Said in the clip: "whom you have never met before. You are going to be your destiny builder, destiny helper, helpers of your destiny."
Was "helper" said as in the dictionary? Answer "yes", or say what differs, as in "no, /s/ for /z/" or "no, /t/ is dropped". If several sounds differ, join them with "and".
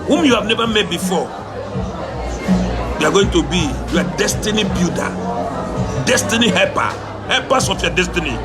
no, /l/ is dropped